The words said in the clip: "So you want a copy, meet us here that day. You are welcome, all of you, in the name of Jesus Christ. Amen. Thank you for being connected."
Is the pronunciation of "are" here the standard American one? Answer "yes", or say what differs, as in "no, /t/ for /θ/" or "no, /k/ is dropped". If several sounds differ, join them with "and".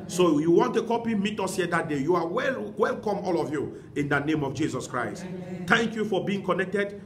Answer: no, /w/ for /ɹ/